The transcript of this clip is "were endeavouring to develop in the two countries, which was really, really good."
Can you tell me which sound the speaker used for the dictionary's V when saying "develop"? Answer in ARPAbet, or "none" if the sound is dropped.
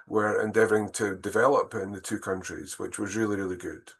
V